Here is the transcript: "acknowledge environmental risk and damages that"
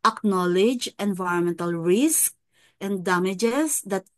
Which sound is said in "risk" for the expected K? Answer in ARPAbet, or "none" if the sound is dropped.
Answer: K